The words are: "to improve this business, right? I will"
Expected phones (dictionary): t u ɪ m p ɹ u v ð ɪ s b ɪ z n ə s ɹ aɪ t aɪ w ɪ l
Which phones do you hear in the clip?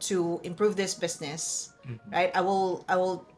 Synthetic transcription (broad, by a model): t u ɪ m p ɹ u v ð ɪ s b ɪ s n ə s ɹ aɪ t aɪ w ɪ l